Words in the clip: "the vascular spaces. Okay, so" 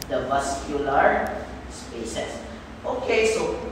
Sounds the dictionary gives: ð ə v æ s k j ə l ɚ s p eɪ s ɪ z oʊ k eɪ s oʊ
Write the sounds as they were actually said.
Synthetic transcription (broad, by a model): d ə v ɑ s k j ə l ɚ s p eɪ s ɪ s oʊ k eɪ s oʊ